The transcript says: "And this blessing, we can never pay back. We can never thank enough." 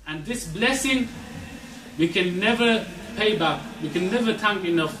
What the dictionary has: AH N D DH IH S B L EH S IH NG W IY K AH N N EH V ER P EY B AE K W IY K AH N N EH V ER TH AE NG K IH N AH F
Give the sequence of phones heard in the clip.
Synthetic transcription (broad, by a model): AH N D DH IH S B L EH S IH NG W IY K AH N N EH V ER P EY B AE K W IY K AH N N EH V ER T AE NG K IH N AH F